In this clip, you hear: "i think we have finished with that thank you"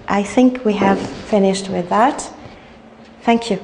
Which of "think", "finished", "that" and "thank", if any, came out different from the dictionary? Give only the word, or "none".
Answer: none